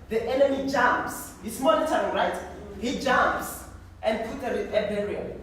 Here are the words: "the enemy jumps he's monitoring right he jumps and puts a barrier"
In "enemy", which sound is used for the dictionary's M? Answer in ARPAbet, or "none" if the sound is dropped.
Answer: M